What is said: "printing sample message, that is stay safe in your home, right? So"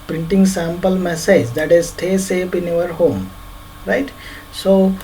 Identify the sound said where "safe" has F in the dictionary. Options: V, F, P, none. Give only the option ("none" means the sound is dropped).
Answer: P